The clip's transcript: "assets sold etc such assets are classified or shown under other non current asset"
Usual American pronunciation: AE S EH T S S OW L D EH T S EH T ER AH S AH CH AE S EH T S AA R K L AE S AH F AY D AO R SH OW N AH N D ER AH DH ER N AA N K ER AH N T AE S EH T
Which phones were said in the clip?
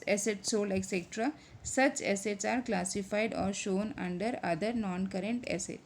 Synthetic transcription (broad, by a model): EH S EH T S S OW L EH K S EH T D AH S AH CH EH S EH T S AA R K L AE S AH F AY D AO R SH OW N AH N D ER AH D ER N AA N K ER AH N T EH S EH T